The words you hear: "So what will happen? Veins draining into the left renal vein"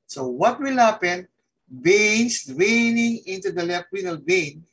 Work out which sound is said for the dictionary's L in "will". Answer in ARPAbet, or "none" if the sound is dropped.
L